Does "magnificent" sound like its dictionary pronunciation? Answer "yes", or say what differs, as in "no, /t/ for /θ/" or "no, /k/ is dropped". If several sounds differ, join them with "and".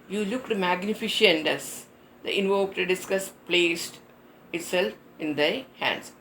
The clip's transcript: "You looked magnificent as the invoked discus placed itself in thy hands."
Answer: no, /ʃ/ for /s/